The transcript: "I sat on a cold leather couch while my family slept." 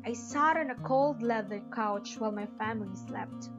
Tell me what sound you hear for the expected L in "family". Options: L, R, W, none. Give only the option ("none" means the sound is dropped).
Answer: L